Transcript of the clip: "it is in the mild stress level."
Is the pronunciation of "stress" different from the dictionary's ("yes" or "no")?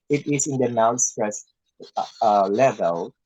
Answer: yes